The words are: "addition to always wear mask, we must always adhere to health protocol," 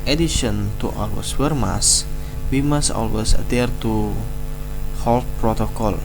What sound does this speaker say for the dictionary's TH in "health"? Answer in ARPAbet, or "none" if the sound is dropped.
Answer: T